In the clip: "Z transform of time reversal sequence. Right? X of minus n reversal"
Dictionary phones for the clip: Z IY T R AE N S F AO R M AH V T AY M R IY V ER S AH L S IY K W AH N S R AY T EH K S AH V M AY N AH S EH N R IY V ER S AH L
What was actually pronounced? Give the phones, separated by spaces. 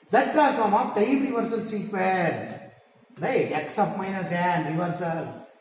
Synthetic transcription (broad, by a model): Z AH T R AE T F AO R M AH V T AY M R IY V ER S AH L S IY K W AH L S R AY T EH K S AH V M AY N AH S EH N R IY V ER S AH L